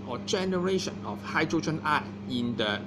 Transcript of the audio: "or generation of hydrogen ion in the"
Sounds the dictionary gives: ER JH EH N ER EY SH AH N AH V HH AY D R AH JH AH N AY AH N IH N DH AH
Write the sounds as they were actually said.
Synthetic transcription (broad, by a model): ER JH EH N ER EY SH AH N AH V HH AY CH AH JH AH N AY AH IH N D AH